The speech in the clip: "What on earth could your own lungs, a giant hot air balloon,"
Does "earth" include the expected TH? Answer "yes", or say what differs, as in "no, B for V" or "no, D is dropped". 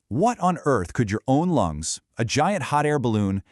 yes